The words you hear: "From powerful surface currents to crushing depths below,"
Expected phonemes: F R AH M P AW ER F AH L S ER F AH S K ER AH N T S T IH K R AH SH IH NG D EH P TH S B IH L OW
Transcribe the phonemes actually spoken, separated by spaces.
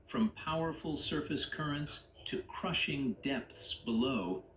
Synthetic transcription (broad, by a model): F R AH M P AW ER F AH L S ER F AH S K ER AH N T S T IH K R AH SH IH NG D EH P TH S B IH L OW